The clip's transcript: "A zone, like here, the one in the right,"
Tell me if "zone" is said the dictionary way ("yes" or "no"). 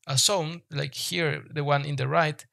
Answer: no